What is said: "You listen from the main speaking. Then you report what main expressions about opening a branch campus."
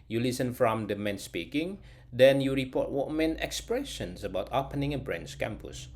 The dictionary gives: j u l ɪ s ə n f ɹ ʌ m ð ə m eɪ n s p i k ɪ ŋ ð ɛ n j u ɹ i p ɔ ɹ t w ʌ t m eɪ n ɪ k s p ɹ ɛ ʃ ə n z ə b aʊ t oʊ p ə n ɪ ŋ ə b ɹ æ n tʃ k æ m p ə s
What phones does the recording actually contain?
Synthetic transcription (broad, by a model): j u l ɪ s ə n f ɹ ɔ m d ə m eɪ n s p i k ɪ ŋ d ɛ n j u ɹ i p ɔ t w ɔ t m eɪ n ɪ k s p ɹ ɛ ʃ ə n s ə b aʊ t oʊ p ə n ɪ ŋ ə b ɹ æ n s k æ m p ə s